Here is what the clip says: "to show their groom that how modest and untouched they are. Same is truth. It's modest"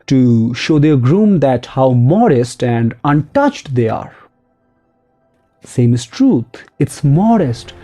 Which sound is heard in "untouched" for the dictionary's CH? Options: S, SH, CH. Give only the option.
CH